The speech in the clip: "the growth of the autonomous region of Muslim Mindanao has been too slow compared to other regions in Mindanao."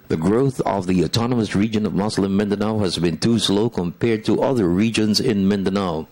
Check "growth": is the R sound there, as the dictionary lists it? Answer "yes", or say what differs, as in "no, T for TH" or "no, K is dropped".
yes